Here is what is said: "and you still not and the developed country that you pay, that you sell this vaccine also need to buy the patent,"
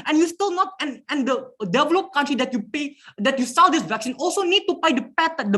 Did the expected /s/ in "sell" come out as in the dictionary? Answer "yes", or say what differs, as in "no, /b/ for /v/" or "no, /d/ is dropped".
yes